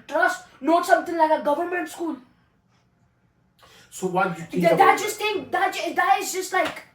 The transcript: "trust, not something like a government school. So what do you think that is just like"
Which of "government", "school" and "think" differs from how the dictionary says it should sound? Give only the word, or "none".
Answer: think